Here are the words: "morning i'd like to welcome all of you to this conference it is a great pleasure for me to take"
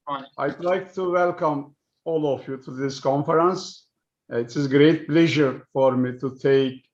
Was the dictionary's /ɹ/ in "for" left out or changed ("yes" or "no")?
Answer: no